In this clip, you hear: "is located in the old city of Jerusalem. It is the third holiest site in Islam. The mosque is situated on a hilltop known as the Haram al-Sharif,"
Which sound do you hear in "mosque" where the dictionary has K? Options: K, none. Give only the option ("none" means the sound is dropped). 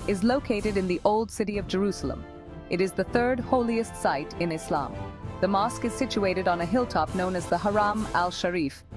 K